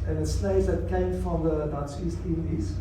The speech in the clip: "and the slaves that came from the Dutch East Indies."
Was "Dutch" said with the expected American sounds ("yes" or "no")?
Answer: no